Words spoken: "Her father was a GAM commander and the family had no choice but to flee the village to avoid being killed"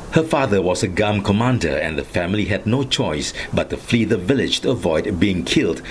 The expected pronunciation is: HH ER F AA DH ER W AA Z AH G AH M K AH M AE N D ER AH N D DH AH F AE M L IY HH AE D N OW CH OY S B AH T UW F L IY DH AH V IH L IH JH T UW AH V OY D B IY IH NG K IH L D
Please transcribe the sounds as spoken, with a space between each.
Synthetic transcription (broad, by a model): HH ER F AA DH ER W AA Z AH G AH M K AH M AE N D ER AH N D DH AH F AE M L IY HH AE D N OW CH OY S B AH T UW F L IY DH AH V IH L IH JH T UW AH V OY D B IY IH NG K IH L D